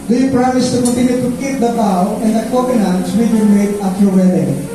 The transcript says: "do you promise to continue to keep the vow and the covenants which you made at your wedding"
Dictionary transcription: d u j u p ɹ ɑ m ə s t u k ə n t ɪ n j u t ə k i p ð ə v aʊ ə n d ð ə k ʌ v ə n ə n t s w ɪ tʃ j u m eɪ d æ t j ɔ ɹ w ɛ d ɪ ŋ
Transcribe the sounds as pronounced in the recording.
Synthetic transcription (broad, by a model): d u j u p ɹ ɑ m ə s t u k ə n t ɪ n j u t ə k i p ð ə b aʊ ə n d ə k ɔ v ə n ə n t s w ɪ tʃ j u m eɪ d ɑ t j ɔ ɹ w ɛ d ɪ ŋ